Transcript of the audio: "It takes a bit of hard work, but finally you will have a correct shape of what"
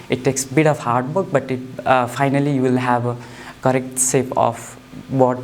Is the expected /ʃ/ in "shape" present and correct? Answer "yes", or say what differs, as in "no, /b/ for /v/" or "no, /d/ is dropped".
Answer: no, /s/ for /ʃ/